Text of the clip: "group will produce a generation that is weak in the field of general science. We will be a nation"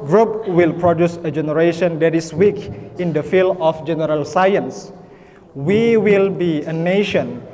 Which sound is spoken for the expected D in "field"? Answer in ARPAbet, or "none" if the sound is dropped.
none